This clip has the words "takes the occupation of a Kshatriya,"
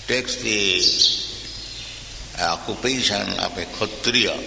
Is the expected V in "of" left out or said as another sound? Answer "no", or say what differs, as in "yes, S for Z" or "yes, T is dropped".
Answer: yes, P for V